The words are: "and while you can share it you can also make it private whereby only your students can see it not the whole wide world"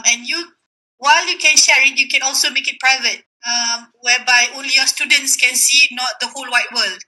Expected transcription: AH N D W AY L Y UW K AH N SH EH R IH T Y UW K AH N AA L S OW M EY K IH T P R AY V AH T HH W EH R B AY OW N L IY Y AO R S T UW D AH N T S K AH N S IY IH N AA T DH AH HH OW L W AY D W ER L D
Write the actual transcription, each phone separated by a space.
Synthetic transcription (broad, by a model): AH N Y W AY L Y UW K AH N SH EH R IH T Y UW K AH N AA L S OW M EY K IH T P R AY V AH T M W EH B AY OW L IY Y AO S T UW D AH N T S K AH N S IY N AA T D AH HH OW L W AY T W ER L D